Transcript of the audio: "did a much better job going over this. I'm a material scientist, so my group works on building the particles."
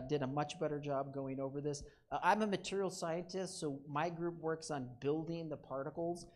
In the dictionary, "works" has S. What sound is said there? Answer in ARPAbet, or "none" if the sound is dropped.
S